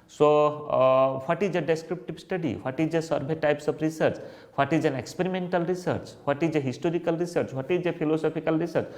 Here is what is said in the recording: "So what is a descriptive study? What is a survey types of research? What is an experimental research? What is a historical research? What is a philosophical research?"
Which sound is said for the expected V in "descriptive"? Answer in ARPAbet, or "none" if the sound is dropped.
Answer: B